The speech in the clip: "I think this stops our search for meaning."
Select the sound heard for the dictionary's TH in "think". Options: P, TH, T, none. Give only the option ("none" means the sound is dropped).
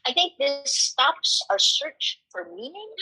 TH